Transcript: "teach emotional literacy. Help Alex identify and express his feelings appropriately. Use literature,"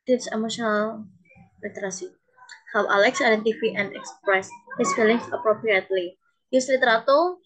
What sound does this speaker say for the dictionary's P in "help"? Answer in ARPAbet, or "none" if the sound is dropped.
none